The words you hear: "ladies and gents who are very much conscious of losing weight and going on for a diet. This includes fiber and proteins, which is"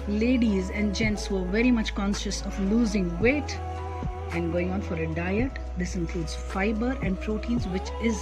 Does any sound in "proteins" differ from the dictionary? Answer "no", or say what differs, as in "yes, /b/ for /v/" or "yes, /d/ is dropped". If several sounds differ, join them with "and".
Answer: no